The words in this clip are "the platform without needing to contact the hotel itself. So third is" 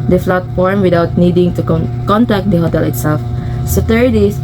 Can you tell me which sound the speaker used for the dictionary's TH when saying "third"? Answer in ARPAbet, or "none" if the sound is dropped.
T